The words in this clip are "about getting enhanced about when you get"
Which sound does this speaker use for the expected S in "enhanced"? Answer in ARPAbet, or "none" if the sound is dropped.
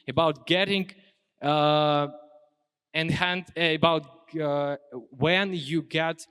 none